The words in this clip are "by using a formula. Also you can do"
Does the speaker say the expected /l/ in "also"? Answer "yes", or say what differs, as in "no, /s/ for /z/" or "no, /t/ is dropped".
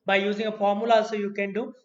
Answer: no, /l/ is dropped